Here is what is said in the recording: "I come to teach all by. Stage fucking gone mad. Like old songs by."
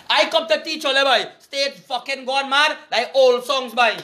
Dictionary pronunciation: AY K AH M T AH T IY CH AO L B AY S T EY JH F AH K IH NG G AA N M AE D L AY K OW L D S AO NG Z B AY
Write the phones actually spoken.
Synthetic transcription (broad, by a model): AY K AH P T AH T IY CH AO L B AY S T EY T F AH K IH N G AA N M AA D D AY OW L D S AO NG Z B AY